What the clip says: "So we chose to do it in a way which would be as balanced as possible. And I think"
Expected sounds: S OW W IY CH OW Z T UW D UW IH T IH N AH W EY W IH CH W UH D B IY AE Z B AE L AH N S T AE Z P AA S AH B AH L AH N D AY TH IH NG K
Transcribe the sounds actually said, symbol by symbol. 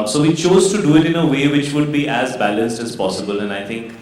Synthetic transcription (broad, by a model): S OW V IY CH OW Z T UW D UW IH T IH N AH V EY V IH CH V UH D B IY AE Z B AE L AH N S T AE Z P AA S AH B AH L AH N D AY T IH NG K